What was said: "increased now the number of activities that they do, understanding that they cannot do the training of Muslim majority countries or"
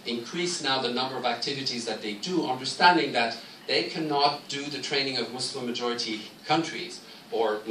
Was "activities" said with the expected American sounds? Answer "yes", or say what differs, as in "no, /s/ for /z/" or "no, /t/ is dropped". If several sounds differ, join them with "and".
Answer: yes